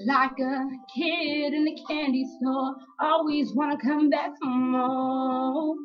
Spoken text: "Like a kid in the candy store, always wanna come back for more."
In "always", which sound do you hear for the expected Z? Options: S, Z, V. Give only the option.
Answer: Z